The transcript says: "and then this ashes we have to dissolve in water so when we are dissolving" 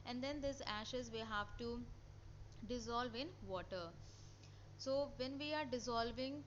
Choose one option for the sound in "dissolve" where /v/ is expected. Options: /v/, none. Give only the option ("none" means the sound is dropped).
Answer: /v/